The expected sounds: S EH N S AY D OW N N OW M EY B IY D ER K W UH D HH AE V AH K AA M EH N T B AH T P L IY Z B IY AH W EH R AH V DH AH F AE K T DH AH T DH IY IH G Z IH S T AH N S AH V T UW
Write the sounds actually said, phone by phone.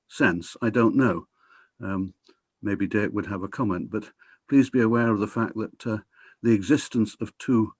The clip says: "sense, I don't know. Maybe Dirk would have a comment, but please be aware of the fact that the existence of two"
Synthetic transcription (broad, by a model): S EH N S AY D OW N N OW M EY B IY D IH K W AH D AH V AH K AA M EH N B AH T P L IY Z B IY AH W EH R AH V DH AH F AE K DH AH T DH IY IH G Z IH S T AH N S AH V T UW